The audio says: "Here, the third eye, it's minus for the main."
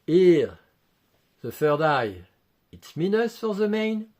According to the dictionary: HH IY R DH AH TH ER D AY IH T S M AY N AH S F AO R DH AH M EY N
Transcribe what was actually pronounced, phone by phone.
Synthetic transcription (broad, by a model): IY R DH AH F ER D AY IH T S M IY N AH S F AO R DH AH M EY N